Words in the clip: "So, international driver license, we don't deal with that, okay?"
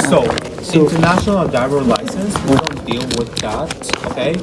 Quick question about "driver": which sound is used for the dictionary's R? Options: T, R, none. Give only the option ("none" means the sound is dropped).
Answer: none